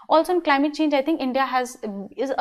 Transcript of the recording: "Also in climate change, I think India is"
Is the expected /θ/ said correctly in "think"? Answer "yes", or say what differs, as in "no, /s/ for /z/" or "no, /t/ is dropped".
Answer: no, /t/ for /θ/